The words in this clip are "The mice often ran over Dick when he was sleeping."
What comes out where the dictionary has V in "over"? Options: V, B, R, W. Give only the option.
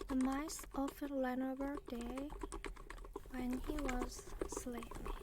B